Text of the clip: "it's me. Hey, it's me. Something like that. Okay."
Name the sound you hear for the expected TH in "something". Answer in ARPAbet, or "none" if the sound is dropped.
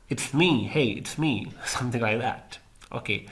TH